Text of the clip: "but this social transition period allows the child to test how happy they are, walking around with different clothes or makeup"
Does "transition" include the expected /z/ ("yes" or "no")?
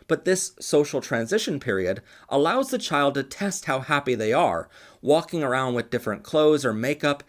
yes